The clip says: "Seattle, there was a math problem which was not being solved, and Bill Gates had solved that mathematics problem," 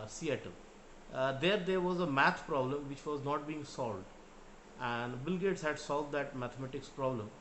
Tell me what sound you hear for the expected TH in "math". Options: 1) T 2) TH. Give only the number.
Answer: 1